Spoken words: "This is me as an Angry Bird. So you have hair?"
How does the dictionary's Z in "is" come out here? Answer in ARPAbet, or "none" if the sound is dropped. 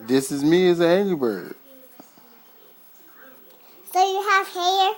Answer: Z